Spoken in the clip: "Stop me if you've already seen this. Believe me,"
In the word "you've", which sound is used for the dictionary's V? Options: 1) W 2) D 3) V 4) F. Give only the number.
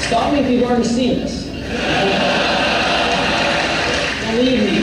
1